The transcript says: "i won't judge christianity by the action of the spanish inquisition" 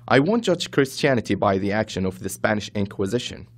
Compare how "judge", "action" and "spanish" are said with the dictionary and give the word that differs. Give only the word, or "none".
none